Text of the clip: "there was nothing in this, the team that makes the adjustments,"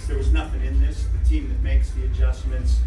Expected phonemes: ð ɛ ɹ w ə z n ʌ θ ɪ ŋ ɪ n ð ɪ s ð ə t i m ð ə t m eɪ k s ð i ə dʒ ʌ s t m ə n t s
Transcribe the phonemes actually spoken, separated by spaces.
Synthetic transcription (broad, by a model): ð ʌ ɹ w ə z n ʌ θ ɪ ŋ ɪ n ð ɪ s ð ə t i m ð ə t m eɪ k s ð i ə dʒ ʌ s m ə n t s